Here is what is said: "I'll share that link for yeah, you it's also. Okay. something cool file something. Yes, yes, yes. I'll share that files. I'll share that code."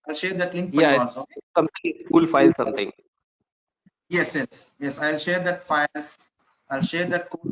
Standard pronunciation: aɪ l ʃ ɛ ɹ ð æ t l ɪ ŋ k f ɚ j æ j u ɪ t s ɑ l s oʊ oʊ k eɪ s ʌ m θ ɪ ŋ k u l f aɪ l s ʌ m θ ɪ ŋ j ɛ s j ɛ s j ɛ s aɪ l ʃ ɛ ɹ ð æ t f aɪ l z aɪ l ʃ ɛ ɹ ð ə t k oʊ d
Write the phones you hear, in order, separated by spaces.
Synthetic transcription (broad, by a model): aɪ l ʃ ɛ ɹ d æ t l ɪ ŋ k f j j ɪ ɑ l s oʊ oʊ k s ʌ m t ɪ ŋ k u l f aɪ l s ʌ m t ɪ ŋ j ɛ s j ɛ s j ɛ s aɪ l ʃ ɛ ɹ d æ t f aɪ l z aɪ l ʃ ɛ ɹ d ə t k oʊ